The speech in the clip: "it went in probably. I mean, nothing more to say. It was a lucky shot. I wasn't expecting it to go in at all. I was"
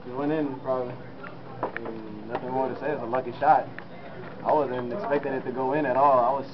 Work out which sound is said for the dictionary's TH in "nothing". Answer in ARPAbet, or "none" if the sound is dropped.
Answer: TH